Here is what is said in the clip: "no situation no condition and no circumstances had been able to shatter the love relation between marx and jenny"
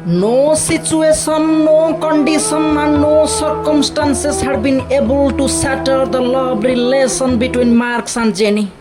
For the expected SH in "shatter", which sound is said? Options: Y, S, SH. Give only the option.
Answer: S